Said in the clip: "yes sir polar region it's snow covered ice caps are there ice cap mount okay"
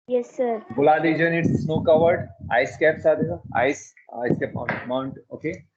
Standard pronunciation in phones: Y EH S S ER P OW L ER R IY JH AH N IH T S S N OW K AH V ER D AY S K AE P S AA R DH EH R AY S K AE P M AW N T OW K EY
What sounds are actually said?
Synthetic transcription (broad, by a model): Y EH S S ER B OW L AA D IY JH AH N IH T S S N OW K AH V ER D AY S K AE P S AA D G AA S AY S K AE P M AW N T OW K EY